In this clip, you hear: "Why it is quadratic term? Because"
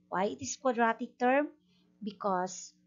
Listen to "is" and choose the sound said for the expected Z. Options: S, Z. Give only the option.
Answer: S